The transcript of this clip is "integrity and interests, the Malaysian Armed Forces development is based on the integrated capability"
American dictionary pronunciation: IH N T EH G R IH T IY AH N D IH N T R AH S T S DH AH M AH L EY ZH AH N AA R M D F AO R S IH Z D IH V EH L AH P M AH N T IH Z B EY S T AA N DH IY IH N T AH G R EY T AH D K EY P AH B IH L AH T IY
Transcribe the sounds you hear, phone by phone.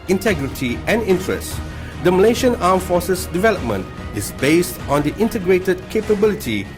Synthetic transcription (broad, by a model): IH N T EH G R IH T IY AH N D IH N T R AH S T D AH M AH L EY SH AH N AA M F AO S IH S D IH V EH L AH P M AH N T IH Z B EY S T AA N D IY IH N T AH G R EY T AH D K EY P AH B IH L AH T IY